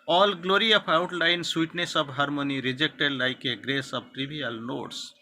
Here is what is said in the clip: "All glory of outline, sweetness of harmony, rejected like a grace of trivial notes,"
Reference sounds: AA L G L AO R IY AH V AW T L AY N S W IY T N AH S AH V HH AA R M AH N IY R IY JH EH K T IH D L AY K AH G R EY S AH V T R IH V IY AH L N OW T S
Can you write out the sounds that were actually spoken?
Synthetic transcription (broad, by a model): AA L G L AO R IY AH P AW T L AY N S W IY T N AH S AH B HH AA R M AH N IY R IY JH EH K T IH D L AY K AH G R EY S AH B T R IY B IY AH L N OW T S